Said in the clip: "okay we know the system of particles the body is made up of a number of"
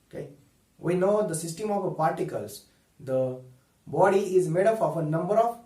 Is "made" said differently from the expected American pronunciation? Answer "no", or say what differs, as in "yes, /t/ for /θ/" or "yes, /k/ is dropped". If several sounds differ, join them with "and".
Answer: no